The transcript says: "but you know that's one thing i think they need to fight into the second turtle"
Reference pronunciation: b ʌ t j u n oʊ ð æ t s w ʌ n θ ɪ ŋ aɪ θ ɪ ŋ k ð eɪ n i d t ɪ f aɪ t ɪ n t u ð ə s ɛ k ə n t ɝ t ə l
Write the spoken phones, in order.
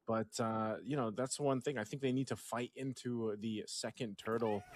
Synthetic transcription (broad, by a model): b ʌ t j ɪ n oʊ ð æ t s w ʌ n θ ɪ ŋ aɪ θ ɪ ŋ k ð eɪ n i d t ɪ f aɪ t ɪ n t u ð ə s ɛ k ə n t ɝ t l